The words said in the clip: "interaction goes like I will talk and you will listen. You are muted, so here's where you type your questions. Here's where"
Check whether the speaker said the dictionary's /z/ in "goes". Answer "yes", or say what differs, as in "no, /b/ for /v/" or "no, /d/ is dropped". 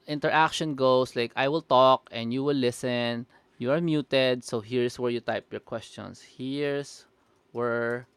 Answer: no, /s/ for /z/